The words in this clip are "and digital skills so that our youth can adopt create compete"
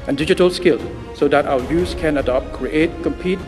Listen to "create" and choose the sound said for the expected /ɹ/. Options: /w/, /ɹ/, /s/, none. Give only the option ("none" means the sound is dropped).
/ɹ/